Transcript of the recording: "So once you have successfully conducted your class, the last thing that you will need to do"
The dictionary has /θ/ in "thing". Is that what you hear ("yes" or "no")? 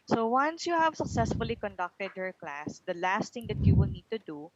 no